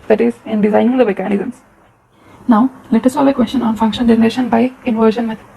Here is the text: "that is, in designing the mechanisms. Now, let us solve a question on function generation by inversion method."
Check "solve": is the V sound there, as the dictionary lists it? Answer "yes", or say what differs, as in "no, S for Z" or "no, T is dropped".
no, V is dropped